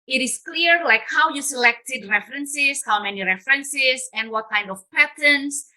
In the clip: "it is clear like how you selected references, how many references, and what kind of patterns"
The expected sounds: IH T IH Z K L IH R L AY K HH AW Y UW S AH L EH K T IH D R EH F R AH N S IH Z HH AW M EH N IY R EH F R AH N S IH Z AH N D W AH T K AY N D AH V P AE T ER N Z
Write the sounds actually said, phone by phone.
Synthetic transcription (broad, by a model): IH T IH S K L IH R L AY K HH AW Y UW S AH L EH K T IH D R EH F R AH N S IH S HH AW M EH N IY R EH F R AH N S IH S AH N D W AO T K AY N D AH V P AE T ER N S